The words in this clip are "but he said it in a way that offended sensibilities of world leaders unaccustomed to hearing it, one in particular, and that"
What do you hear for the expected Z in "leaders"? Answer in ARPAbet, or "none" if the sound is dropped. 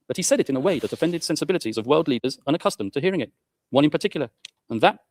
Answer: Z